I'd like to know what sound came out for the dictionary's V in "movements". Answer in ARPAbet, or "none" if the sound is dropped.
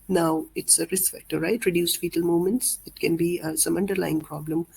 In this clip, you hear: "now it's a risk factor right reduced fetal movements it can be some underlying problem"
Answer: none